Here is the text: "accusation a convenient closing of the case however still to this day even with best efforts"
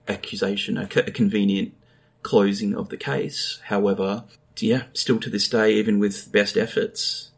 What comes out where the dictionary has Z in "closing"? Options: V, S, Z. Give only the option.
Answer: Z